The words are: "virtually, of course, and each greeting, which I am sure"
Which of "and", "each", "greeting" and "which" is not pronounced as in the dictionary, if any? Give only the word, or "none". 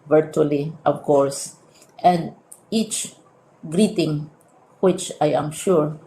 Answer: none